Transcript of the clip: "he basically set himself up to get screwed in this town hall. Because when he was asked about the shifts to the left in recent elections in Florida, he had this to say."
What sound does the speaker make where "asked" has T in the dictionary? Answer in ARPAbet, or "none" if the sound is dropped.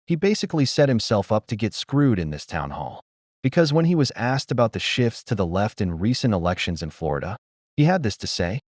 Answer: T